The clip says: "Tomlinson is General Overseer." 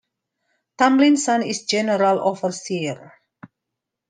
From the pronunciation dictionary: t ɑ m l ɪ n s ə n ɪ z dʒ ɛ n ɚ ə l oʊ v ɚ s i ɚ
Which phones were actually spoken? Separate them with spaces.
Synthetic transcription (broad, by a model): t ɑ m l ɪ n s ə n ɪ s dʒ ɛ n ɚ ə l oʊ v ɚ s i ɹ